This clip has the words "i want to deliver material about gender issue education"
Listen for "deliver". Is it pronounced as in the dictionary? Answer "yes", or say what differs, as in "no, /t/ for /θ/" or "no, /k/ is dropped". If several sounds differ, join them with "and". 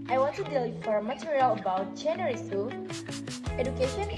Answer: no, /f/ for /v/